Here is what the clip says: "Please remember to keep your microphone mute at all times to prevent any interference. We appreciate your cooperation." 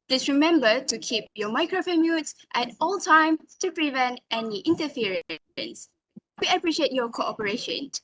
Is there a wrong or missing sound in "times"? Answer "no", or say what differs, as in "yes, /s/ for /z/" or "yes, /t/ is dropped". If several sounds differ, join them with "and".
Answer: yes, /z/ is dropped